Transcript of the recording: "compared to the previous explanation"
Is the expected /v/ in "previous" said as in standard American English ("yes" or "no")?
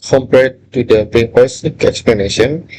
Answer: no